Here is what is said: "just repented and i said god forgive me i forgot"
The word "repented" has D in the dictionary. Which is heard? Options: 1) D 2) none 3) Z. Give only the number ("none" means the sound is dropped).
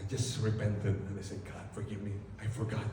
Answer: 2